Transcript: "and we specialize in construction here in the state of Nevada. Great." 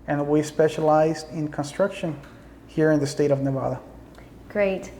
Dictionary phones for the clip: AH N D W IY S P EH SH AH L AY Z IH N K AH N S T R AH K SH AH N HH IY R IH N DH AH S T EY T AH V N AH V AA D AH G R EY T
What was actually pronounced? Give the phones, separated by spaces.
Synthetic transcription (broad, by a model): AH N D W IY S P EH SH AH L AY Z IH N K AH N S T R AH K SH AH N HH IY R IH N DH AH S T EY T AH V N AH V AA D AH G R EY T